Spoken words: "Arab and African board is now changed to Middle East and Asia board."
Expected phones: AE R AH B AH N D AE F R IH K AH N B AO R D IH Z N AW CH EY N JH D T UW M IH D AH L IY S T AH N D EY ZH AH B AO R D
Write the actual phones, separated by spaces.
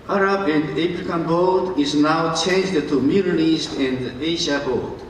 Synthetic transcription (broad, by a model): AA R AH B AH N D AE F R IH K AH N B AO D IH Z N AW CH EY N JH D T UW M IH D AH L IY S T AH N D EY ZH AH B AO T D